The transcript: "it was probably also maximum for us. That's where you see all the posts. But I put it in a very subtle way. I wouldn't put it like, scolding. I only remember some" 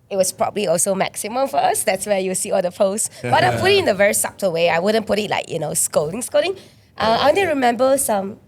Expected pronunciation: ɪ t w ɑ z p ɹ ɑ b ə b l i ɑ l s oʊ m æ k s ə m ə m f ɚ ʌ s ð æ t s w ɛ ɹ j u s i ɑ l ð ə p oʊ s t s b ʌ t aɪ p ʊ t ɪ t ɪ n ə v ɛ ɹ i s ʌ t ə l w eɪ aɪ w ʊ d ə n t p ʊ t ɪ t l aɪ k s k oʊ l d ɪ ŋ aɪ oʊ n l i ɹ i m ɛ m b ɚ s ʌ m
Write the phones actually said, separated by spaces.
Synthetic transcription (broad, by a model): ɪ t w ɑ s p ɹ ɑ b ə b l i ɑ l s oʊ m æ k s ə m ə m f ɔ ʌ s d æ t s w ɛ j u s i ɑ l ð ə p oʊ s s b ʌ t aɪ p ʊ t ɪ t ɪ n ə v ɛ ɹ i s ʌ t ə w eɪ aɪ w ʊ d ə n p ʊ t ɪ t l aɪ k s k oʊ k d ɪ ŋ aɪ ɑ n i ɹ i m ɛ m b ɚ s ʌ m